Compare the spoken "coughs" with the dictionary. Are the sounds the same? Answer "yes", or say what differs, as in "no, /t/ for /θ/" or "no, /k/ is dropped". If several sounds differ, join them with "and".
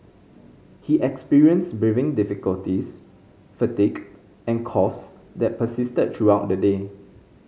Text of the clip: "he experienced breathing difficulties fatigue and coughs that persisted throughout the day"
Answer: no, /f/ is dropped